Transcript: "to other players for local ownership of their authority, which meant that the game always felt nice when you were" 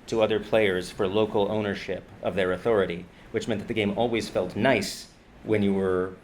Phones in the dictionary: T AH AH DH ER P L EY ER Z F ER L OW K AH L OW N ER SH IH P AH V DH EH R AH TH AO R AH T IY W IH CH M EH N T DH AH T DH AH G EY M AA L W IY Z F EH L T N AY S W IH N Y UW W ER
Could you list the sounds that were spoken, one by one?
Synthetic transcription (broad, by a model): T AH AH DH ER P L EY ER Z F ER L OW K L OW N ER SH IH P AH V DH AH R AH TH AO R AH T IY W IH CH M EH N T DH AH T DH AH G EY M AA L W IY Z F EH L T N AY S W IH N Y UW W ER